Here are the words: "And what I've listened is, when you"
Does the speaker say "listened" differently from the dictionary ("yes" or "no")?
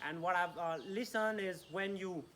yes